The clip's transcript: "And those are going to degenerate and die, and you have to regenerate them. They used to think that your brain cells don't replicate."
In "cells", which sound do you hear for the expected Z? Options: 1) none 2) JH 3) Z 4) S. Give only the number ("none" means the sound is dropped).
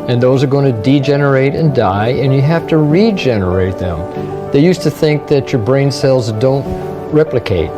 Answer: 3